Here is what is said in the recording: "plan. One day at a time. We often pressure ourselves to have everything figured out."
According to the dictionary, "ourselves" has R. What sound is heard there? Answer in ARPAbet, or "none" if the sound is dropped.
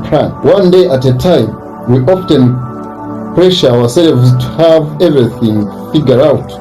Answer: W